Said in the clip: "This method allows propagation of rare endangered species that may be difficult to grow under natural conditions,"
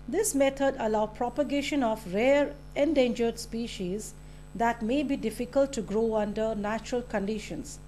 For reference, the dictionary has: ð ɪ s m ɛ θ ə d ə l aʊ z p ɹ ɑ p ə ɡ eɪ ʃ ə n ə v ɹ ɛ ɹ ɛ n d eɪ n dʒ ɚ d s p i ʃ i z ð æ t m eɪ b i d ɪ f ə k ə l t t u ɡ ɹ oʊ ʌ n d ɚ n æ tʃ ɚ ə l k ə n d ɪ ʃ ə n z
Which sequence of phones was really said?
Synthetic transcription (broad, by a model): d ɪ s m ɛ t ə d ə l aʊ p ɹ ɑ p ə ɡ eɪ ʃ ə n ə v ɹ ɛ ɹ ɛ n d eɪ n dʒ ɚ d s p i ʃ i z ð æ t m eɪ b i d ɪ f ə k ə l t t u ɡ ɹ oʊ ʌ n d ɚ n æ tʃ ɚ ə l k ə n d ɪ ʃ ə n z